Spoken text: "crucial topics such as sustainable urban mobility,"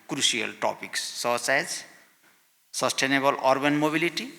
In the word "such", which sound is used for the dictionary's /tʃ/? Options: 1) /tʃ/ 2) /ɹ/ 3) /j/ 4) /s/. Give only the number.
4